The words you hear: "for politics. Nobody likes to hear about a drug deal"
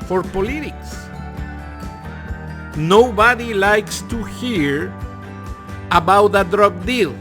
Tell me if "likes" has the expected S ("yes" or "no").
yes